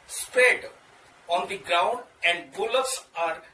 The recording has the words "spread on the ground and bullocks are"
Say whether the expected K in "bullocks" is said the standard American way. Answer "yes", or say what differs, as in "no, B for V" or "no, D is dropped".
no, K is dropped